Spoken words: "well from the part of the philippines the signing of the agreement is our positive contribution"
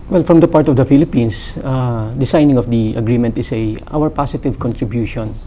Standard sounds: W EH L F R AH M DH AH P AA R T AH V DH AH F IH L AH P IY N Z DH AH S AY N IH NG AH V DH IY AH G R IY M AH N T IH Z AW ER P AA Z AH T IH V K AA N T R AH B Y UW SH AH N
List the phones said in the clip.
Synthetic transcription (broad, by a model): W EH L F R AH M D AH P AA R T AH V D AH F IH L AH P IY N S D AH S AY N IH NG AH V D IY AH G R IY M AH N T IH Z AW ER P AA S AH T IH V K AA N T R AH B Y UW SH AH N